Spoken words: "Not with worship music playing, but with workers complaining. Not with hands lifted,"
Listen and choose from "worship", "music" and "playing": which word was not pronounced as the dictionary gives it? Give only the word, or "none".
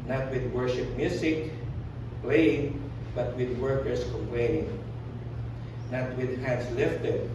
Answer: music